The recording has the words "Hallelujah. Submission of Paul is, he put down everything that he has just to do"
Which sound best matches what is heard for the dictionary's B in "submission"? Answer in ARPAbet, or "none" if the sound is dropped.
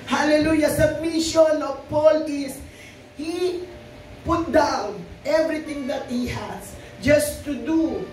none